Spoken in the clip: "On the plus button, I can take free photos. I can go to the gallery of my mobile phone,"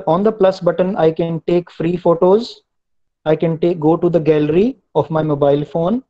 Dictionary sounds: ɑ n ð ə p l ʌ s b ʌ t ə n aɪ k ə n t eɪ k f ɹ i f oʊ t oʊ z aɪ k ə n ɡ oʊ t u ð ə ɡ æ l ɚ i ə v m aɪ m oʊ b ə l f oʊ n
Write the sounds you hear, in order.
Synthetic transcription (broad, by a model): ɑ n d ə p l ʌ s b ʌ t ə n aɪ k ə n t eɪ k f ɹ i f oʊ t oʊ z aɪ k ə n ɡ oʊ t u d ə ɡ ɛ l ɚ i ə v m aɪ m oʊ b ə l f oʊ n